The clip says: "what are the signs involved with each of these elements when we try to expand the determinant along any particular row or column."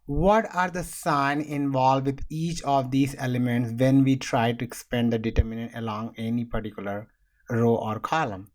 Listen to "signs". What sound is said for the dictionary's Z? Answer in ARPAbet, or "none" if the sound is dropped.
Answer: none